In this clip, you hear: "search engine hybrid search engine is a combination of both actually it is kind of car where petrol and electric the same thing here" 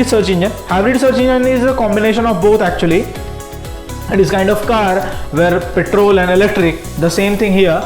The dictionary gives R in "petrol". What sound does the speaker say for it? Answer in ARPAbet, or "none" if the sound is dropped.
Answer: R